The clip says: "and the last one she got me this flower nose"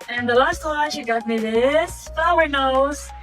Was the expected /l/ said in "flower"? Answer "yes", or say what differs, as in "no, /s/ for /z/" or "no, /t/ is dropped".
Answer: no, /l/ is dropped